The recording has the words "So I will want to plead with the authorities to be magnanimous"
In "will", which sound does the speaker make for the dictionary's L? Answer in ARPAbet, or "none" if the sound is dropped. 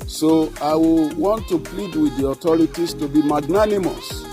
L